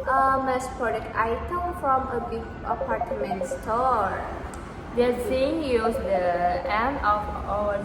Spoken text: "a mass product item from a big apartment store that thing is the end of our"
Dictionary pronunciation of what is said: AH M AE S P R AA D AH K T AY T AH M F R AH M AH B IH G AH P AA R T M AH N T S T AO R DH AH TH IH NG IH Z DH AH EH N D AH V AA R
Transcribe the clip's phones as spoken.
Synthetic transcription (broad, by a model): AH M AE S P R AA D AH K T AY T AH M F R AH M AH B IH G AH P AA R T M AH N T S T AO R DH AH S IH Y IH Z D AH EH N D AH F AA